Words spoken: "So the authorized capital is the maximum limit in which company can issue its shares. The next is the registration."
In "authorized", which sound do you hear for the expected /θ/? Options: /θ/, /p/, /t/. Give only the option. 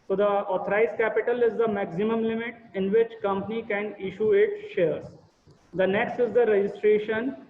/t/